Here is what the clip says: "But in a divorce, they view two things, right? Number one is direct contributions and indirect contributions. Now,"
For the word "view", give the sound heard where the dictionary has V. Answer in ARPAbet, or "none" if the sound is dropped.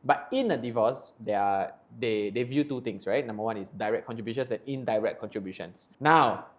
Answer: V